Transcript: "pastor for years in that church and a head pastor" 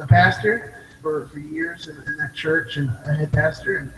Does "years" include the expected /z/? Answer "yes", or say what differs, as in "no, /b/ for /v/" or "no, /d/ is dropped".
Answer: yes